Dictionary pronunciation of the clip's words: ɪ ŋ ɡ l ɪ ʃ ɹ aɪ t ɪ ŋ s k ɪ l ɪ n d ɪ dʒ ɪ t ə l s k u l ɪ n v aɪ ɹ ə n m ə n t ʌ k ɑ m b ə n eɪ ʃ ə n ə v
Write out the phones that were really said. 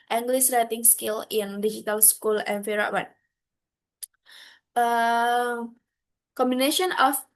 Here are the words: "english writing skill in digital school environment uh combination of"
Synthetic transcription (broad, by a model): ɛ ŋ ɡ l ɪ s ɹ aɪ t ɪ ŋ s k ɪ l ɪ n d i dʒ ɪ t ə l s k u l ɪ n f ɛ ɹ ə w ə t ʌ k ɑ m b ə n eɪ ʃ ə n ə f